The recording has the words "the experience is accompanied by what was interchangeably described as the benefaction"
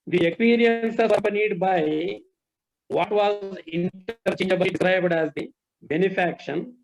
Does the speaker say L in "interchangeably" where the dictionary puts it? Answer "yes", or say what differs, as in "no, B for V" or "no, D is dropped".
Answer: no, L is dropped